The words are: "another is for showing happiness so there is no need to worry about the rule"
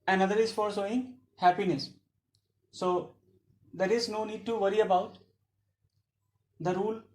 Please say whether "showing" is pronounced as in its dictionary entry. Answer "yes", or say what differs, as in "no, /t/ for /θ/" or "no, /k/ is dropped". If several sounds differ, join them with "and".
no, /s/ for /ʃ/